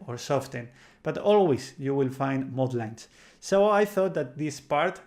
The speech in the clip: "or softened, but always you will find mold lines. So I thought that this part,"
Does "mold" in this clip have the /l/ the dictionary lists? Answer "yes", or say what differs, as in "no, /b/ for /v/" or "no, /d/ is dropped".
no, /l/ is dropped